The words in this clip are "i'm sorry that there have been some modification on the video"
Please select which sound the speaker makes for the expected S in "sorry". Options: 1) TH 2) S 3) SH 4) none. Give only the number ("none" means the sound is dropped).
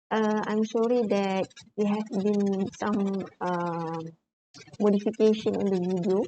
3